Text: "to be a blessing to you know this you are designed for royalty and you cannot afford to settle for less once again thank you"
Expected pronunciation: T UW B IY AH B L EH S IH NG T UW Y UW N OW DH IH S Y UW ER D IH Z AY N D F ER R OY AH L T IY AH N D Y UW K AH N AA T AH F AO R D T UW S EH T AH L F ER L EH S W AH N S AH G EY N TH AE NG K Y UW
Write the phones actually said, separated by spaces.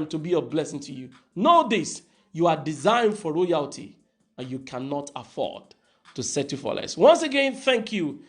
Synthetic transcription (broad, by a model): T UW B IY AH B L EH S IH NG T UW Y UW N OW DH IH S Y UW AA D IH Z AY N D F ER R OY AH L T IY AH N Y UW K AH N AA T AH F AO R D T UW S EH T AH F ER L EH S W AH N S AH G EY N TH AE NG K Y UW